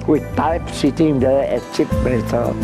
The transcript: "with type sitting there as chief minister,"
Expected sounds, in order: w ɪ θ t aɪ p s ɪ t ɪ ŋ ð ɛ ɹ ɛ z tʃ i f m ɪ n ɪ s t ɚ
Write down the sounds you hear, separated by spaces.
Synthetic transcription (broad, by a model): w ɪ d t aɪ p s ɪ t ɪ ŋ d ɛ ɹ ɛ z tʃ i p m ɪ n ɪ s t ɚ